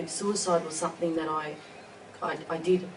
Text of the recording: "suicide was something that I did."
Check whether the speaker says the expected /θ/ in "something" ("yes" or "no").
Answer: yes